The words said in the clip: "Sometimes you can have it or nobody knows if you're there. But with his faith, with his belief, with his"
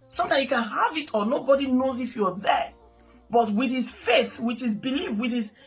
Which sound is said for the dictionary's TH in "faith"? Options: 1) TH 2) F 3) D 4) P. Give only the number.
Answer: 1